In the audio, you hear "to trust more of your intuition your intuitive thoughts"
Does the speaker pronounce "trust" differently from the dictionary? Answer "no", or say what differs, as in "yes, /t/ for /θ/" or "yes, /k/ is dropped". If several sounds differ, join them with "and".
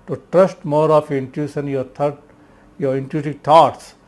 no